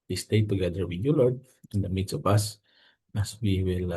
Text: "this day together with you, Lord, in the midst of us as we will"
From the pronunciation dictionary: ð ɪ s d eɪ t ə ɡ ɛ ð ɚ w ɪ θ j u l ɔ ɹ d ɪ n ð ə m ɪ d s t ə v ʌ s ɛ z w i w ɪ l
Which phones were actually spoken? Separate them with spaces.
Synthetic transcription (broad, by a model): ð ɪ s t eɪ t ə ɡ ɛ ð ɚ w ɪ j u l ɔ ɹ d ɪ n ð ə m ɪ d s ə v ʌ s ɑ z w i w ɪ l